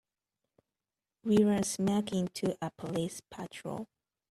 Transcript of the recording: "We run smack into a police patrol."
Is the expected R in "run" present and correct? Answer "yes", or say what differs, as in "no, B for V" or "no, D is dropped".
yes